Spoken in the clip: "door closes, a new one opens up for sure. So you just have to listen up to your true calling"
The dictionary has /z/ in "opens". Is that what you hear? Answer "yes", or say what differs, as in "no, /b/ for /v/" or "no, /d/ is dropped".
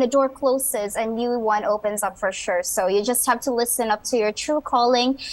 yes